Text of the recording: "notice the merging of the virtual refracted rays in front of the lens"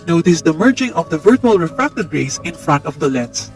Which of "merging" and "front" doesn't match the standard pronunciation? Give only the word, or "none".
none